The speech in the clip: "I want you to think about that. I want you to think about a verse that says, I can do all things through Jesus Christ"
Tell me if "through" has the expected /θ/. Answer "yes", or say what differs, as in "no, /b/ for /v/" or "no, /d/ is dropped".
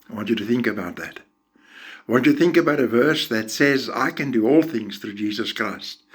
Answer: yes